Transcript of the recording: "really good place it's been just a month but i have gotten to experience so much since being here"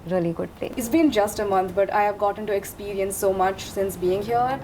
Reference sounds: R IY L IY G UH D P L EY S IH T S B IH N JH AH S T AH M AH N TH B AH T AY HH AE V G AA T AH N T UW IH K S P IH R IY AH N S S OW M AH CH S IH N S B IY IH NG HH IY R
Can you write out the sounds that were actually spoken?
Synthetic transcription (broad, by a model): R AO L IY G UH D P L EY IH T S B IH N JH AH S T AH M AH N T B AH T AY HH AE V G AA T AH N T UW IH K S P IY R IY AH N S S OW M AH CH S IH N S B IY IH NG HH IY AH